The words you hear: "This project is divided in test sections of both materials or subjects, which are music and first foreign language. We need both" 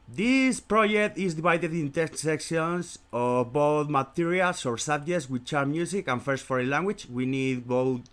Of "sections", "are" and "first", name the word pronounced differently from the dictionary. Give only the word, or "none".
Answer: sections